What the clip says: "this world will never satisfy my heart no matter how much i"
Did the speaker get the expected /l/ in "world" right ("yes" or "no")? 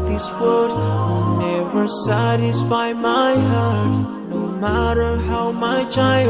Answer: no